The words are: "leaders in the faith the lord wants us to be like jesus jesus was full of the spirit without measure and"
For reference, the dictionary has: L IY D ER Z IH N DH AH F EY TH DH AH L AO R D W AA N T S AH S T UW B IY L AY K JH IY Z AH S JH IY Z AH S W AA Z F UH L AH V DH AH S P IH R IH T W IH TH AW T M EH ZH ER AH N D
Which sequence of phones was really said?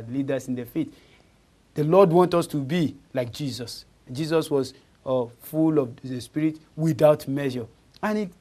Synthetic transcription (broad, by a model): L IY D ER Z IH N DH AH F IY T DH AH L AO D W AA N T AH S T UW B IY L AY K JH IY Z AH S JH IY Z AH S W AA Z F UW L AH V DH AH S P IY R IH T W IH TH AW T M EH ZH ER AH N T